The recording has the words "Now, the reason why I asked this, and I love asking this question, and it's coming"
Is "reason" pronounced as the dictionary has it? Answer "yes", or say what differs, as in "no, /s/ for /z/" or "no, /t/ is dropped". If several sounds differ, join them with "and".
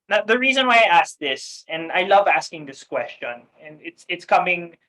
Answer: yes